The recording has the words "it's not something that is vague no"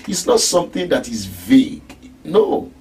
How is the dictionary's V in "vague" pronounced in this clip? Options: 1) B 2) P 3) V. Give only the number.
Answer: 3